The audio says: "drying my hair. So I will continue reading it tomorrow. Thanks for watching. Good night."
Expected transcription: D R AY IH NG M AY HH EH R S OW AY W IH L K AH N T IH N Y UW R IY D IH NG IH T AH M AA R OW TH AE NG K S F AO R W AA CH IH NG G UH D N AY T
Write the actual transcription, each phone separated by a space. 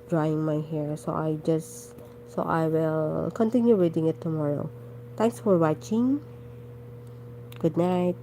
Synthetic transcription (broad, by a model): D R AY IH NG M AY HH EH R S OW AY W IH L K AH N T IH N Y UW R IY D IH NG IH T AH M AA R OW T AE NG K S F AO R W AA CH IH NG G UH D N AY T